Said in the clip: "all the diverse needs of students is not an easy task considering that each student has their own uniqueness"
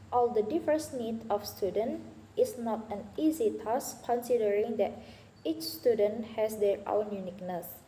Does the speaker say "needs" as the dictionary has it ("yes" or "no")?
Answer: no